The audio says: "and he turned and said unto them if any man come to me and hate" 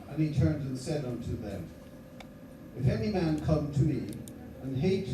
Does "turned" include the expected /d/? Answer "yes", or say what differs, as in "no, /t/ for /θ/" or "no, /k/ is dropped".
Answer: yes